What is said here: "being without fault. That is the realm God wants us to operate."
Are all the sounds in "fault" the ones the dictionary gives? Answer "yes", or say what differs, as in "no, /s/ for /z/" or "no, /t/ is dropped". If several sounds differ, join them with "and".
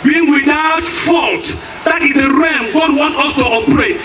yes